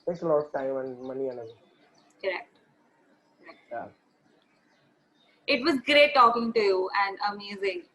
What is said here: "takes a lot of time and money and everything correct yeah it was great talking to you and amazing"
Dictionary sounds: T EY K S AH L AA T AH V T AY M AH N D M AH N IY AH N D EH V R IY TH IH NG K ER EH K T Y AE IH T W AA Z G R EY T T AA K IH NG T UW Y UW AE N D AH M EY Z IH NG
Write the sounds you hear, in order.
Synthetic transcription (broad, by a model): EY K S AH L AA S T AY M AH N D M AH N IY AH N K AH R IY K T K ER EH K T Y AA IH T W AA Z G R EY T T AA K IH NG T UW Y UW AE N D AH M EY Z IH NG